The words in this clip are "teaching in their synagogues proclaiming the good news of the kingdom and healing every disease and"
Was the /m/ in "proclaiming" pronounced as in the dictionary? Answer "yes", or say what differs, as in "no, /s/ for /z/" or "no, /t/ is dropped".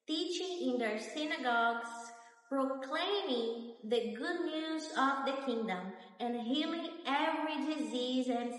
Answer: yes